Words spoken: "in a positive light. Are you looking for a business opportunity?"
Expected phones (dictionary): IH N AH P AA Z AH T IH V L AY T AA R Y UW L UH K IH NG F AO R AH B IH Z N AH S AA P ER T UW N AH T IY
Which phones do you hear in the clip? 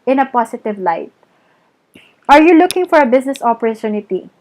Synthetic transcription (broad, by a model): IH N AH P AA S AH T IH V L AY T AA R Y UW L UH K IH NG F AO R AH B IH S N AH S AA P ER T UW N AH T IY